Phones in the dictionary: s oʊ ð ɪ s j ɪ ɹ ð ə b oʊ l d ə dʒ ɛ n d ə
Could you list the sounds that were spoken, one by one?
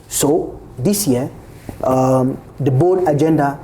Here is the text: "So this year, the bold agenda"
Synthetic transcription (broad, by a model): s oʊ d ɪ s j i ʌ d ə b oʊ d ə dʒ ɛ n d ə